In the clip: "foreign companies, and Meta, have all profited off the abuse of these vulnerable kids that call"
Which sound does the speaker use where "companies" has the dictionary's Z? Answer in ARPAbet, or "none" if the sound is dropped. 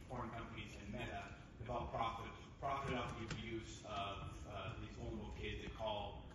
Z